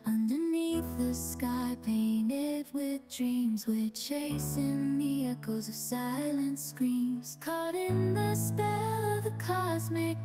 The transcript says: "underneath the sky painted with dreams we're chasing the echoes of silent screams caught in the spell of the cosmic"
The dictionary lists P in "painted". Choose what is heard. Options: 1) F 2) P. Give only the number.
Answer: 2